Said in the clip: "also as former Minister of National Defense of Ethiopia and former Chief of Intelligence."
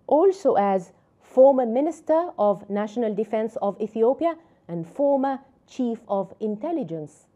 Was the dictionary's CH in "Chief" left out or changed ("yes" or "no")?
no